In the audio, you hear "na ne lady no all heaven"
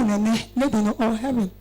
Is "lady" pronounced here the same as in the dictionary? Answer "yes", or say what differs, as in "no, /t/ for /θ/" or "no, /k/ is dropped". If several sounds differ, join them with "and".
no, /n/ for /l/